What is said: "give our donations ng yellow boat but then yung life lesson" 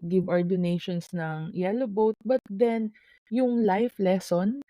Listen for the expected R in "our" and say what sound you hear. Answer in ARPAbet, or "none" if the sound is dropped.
R